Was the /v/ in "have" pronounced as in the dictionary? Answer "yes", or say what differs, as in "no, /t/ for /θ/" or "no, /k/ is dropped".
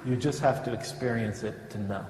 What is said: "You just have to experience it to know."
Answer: no, /f/ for /v/